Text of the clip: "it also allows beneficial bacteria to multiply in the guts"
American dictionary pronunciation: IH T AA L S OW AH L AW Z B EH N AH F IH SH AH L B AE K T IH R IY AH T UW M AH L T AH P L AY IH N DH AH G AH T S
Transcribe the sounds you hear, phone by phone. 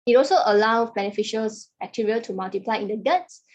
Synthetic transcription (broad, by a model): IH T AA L S OW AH L AW B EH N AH F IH SH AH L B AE K T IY R IY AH T UW M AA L T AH P L AY IH N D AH G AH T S